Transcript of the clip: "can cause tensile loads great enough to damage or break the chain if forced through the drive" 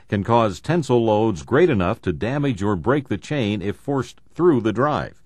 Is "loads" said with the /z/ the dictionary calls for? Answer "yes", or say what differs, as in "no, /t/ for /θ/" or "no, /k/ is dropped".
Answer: yes